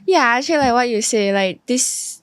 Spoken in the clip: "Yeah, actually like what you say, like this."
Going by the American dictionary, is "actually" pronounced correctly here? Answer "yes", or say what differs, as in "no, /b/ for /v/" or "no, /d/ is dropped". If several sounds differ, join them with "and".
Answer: no, /k/ is dropped and /l/ is dropped